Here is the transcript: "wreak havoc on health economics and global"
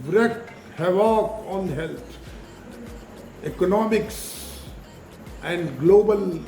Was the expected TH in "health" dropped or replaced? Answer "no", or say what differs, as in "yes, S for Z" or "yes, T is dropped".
yes, T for TH